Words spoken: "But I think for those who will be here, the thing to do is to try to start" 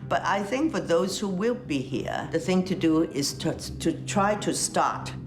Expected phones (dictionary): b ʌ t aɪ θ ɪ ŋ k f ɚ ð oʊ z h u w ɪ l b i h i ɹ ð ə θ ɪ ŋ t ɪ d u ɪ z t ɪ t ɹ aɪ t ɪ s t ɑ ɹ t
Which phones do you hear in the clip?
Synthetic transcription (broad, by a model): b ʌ t aɪ θ ɪ ŋ k f ɚ ð oʊ z h u w ɪ l b i h i ɹ ð ə θ ɪ ŋ t ɪ d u ɪ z t ɪ t ɹ aɪ t ɪ s t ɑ ɹ t